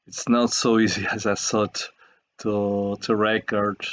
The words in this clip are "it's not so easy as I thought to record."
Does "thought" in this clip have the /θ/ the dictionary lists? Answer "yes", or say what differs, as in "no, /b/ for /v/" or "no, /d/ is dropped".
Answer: no, /s/ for /θ/